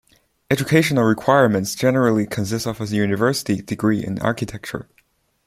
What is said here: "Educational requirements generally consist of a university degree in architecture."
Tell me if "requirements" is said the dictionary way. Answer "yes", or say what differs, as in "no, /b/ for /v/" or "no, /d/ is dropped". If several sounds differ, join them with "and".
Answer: yes